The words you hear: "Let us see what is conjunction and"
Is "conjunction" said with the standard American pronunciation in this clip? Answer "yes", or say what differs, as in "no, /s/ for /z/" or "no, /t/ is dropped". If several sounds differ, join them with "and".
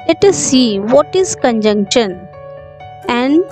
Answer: yes